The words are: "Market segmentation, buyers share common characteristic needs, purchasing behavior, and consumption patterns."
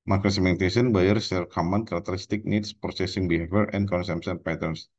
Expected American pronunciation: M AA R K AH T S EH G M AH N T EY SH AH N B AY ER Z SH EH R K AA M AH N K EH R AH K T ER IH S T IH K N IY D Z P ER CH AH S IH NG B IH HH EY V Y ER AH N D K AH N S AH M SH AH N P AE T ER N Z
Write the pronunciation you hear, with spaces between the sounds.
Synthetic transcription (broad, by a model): M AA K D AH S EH M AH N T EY S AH N B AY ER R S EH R K AA M AH N K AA R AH K T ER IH S T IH K N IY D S P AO S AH S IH NG B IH HH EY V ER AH N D K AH N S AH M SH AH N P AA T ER N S